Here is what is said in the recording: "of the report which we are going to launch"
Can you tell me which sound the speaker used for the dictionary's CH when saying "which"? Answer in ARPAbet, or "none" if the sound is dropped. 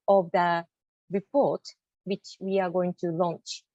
CH